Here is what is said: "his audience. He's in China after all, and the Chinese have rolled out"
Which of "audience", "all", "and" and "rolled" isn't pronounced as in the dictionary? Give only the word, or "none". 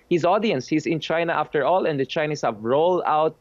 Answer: none